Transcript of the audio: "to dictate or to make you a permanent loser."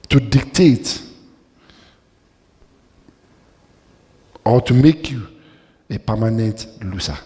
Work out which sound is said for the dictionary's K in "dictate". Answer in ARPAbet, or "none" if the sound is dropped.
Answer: K